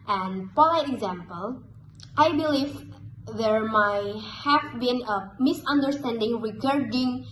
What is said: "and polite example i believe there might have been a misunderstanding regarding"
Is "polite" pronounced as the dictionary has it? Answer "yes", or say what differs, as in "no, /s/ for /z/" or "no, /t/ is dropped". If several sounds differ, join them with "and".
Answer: no, /t/ is dropped